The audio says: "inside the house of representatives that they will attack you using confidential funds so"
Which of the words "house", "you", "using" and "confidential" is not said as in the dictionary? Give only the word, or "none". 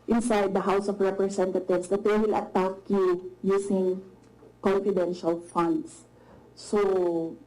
using